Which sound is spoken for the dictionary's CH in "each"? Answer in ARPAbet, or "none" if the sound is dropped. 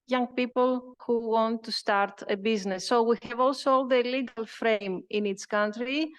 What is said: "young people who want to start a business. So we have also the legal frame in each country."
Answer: S